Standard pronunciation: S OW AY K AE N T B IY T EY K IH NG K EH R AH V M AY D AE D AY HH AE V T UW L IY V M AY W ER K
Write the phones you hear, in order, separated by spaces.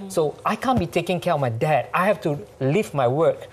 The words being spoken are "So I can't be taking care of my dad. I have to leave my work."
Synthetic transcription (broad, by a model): S OW AY K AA N B IY T EY K IH NG K EH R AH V M AY D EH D AY HH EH F T UW L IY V M AY W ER K